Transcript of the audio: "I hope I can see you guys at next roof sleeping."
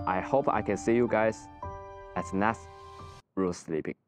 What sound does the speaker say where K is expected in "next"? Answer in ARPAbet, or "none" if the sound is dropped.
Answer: none